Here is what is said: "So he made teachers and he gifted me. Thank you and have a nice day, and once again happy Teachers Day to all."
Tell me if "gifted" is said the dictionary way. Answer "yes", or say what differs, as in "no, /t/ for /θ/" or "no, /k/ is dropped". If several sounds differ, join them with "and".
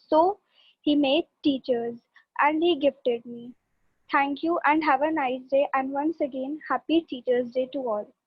yes